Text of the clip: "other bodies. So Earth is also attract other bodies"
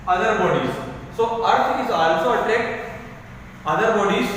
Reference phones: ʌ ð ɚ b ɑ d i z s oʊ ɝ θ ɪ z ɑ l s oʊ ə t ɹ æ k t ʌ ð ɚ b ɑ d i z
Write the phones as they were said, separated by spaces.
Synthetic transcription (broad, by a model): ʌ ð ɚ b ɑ d i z s oʊ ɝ t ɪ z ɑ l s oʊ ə t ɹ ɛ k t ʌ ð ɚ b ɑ d i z